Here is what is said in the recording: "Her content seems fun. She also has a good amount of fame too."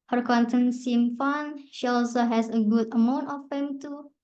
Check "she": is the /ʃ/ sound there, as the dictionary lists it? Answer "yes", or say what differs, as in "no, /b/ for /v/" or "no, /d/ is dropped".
yes